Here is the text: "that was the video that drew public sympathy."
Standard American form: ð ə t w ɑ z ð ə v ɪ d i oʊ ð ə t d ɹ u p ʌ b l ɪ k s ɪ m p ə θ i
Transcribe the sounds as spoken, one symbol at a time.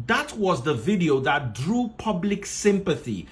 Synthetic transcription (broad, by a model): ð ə t w ɑ z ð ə v ɪ d i oʊ ð ə t d ɹ u p ʌ b l ɪ k s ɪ m p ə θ i